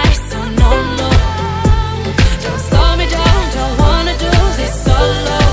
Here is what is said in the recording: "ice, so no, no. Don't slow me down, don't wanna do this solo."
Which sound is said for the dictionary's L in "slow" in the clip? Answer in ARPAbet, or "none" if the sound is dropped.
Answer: none